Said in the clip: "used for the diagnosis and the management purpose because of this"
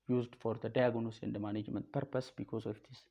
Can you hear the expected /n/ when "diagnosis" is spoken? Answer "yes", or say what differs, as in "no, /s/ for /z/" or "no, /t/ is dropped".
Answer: no, /n/ is dropped